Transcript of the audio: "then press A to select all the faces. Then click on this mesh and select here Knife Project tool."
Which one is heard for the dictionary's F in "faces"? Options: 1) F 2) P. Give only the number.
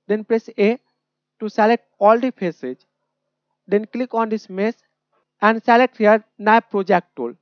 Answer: 2